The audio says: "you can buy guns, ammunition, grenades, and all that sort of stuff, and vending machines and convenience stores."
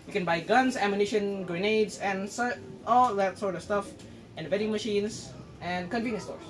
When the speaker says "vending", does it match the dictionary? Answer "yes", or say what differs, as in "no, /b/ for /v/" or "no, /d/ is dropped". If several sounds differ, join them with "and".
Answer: no, /n/ is dropped